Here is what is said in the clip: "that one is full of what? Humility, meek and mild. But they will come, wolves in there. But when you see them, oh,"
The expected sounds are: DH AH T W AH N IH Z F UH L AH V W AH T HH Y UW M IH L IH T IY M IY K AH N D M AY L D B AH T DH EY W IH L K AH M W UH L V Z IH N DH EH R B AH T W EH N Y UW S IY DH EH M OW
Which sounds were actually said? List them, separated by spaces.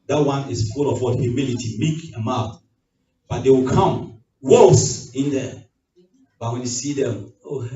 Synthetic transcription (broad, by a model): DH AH T W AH N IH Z F UH L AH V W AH HH Y UW M IH L IH T IY M IY K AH M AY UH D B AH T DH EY W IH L K AH M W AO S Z IH N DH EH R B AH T W EH N Y UW S IY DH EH M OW